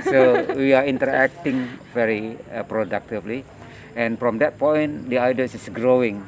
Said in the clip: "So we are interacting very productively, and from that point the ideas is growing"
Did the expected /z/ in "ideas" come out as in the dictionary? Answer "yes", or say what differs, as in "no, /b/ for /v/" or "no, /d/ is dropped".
no, /s/ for /z/